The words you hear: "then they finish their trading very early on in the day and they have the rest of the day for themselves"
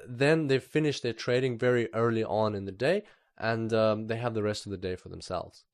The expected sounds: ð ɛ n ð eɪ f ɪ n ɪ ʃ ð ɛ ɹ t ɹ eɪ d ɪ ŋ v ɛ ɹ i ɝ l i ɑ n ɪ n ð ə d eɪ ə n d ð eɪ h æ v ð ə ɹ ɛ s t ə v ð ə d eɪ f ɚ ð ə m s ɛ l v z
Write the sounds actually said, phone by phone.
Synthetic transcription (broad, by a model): ð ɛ n ð eɪ f ɪ n ɪ ʃ ð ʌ ɹ t ɹ eɪ d ɪ ŋ v ɛ ɹ i ɝ l i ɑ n ɪ n ð ə d eɪ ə n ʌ ð eɪ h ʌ v ð ə ɹ ɛ s t ə v ð ə d eɪ f ɚ ð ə m s ɛ l v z